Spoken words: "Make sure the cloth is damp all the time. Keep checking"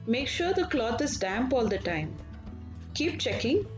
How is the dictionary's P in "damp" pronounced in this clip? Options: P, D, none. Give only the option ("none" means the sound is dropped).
P